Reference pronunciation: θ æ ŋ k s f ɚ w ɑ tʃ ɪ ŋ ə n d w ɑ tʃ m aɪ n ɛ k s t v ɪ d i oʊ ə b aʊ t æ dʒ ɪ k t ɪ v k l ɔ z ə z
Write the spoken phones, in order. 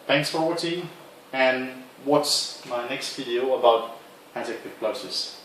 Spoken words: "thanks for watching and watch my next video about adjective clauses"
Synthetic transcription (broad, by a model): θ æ ŋ k s f ɚ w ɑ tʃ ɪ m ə n w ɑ s m aɪ n ɛ k s t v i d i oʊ ə b aʊ t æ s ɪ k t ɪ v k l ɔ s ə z